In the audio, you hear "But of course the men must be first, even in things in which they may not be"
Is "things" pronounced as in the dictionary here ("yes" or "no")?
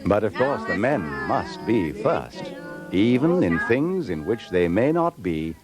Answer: yes